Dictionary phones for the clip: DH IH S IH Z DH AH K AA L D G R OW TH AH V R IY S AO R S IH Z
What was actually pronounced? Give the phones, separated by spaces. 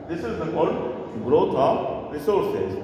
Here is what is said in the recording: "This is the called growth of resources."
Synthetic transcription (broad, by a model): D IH S IH Z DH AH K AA D G R OW T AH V R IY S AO R S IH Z